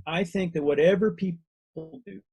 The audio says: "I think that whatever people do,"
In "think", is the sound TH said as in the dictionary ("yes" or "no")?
yes